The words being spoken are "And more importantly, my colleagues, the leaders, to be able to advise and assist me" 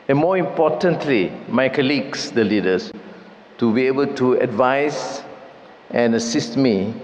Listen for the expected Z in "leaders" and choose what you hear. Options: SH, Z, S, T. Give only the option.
S